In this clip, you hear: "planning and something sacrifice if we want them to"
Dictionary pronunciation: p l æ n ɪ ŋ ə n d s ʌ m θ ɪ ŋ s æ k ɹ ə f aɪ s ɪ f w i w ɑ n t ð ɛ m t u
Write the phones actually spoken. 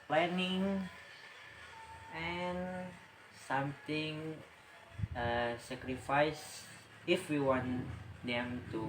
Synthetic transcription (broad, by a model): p l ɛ n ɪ ŋ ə n s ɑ m t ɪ ŋ s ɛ k ɹ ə f aɪ s ɪ f w i w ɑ n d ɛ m t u